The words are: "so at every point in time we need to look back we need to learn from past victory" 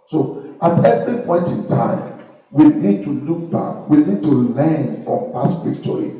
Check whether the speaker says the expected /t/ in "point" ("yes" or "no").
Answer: yes